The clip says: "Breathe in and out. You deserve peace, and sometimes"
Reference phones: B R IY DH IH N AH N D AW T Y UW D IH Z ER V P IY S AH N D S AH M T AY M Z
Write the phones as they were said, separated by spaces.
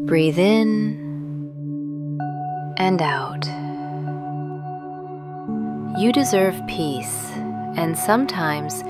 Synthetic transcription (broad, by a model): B R IY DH IH N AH N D AW T Y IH D IH Z ER V P IY S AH N S AH M T AY M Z